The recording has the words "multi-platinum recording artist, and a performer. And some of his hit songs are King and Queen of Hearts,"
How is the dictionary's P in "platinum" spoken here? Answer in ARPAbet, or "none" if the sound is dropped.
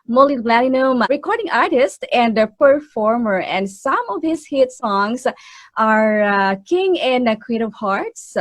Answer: B